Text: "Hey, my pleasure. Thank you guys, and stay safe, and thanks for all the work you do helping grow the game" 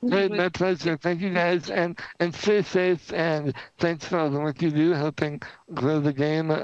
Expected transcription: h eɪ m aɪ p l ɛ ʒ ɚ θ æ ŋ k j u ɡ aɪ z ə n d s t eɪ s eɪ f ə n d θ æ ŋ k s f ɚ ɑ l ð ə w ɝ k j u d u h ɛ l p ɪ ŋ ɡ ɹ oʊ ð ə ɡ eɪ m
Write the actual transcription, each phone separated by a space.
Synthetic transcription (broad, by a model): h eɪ m aɪ p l ɛ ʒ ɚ θ æ ŋ k j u ɡ aɪ z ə n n s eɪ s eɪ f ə n θ æ ŋ k s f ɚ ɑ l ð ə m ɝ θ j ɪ d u h ɛ l p ɪ ŋ ɡ ɹ oʊ ð ə ɡ eɪ m